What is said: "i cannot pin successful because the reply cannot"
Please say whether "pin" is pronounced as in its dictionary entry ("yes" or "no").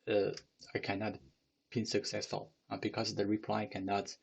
no